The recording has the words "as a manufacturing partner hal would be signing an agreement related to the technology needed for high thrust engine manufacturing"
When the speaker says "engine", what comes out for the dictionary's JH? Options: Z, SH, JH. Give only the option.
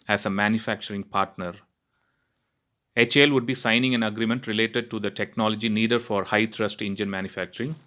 JH